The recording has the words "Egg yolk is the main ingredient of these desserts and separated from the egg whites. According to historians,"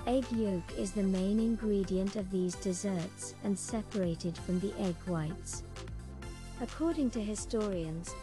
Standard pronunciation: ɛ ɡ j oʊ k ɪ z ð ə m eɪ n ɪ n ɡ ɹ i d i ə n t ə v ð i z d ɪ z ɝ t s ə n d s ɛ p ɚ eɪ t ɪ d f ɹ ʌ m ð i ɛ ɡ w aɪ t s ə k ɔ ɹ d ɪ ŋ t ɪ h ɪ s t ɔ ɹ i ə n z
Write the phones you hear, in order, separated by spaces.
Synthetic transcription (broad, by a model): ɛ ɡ j oʊ k ɪ z ð ə m eɪ n ɪ n ɡ ɹ i d i ə n t ə v ð i z d ɪ z ɝ t s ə n s ɛ p ɚ eɪ t ɪ d f ɹ ʌ m ð i ɛ ɡ w aɪ t s ə k ɔ ɹ d ɪ ŋ t ɪ h ɪ s t ɔ ɹ i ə n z